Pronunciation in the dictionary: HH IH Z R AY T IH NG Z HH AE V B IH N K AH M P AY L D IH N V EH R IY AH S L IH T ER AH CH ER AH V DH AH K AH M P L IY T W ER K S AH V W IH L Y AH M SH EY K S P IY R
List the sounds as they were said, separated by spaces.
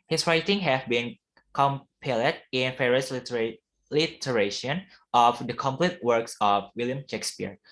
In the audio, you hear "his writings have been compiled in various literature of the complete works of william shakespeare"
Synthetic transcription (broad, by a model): HH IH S R AY T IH NG HH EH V B IH N K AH M P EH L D IH N F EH R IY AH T L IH T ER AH SH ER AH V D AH K AH M P L IY T W ER K S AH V W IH L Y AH M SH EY K S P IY R